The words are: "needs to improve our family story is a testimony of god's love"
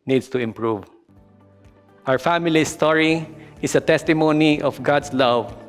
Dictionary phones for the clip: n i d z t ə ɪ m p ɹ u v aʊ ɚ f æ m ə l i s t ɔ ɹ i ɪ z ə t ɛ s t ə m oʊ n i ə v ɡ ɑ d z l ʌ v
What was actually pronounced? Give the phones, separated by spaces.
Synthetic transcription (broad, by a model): n i d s t ə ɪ m p ɹ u v aʊ ɚ f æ m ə l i s t ɔ ɹ i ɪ s ə t ɛ s t ə m oʊ n i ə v ɡ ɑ d s l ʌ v